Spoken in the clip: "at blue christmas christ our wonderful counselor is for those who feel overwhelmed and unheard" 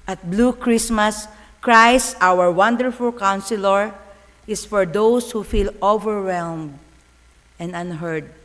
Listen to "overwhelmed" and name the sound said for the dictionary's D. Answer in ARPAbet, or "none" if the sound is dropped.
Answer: D